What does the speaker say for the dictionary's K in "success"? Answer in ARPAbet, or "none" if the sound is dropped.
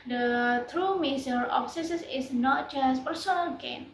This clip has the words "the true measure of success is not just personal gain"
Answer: none